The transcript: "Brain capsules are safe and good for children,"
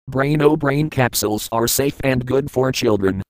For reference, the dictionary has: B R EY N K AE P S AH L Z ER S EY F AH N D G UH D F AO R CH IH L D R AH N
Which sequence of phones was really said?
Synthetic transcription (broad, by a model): B R EY N K AE P S AH L Z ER S EY F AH N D G UH D F AO R CH IH L D R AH N